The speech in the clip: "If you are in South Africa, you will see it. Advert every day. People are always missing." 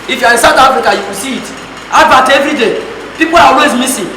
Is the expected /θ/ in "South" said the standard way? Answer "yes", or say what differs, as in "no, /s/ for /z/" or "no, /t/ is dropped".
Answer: no, /t/ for /θ/